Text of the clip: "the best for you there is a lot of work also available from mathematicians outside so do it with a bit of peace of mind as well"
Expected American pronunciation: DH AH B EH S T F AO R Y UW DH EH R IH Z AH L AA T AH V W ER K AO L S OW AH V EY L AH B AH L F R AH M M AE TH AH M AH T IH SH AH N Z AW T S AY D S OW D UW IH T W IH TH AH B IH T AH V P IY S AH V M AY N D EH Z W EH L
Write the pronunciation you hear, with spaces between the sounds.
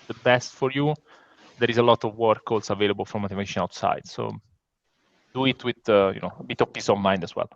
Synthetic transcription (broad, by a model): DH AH B EH S T F AO R Y UW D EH R IH Z AH L AA T AH V W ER K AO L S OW AH V EY L AH B AH L F R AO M M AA T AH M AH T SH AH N AW T S AY D S OW D UW IH T W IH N AH B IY T AH V P IY S AH V M AY N D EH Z W EH L